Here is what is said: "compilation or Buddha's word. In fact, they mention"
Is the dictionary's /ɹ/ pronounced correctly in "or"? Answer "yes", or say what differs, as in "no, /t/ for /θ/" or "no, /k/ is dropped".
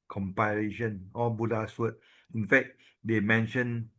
no, /l/ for /ɹ/